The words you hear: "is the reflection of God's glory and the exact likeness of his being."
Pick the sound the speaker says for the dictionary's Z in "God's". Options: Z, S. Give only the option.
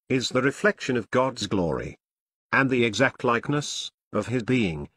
Z